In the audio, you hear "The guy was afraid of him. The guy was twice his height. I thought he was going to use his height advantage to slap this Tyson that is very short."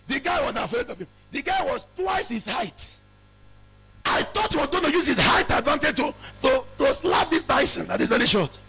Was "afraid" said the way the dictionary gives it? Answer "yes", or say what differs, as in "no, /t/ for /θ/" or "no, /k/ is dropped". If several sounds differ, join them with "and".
no, /ɹ/ is dropped